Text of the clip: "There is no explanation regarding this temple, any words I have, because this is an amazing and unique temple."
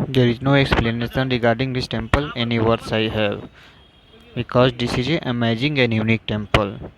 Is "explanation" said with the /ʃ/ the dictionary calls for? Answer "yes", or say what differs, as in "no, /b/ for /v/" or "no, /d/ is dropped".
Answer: no, /s/ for /ʃ/